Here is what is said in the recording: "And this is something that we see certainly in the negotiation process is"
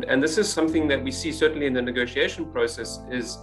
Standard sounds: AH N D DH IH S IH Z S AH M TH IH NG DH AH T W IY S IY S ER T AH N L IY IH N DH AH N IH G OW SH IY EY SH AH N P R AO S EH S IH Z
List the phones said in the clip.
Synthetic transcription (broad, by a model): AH N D DH IH S IH Z S AH M TH IH NG DH AH T W IY S IY S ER T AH N L IY IH N DH AH N IH G OW SH IY EY SH AH N P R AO S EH S IH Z